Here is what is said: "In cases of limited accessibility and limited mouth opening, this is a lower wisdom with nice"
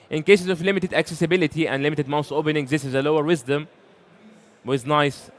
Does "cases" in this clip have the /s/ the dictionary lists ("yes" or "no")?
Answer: yes